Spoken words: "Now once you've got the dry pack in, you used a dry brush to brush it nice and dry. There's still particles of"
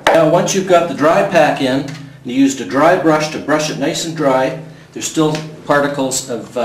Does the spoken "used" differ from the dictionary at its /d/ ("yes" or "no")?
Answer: no